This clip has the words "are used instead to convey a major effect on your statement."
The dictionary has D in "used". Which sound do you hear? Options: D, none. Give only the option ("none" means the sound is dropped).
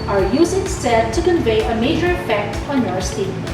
none